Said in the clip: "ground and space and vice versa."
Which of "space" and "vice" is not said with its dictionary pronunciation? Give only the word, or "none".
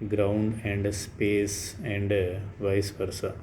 none